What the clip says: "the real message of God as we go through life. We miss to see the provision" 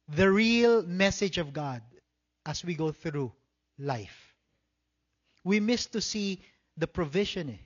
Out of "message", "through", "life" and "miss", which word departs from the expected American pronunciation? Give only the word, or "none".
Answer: none